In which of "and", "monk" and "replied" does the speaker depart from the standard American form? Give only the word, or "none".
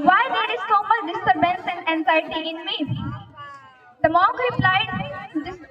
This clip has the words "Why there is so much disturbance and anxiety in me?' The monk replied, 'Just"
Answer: monk